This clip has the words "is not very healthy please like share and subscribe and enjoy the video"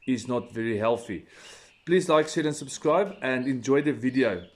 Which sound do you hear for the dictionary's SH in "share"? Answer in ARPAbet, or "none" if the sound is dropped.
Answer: S